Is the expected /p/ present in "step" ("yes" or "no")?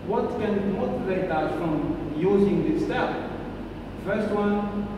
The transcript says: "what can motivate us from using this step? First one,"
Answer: no